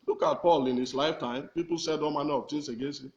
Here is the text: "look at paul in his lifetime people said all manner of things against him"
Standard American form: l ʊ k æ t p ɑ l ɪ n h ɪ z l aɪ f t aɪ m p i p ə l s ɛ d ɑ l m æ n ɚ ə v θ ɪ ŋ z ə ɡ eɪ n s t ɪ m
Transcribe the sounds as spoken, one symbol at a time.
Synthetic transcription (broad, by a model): l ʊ k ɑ t p ɑ l ɪ n h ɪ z l aɪ f t aɪ m p i p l s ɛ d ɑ m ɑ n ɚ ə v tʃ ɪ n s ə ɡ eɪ s ɪ